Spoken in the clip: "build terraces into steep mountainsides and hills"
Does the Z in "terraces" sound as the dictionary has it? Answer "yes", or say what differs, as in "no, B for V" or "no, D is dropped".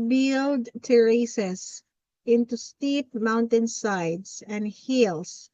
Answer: no, S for Z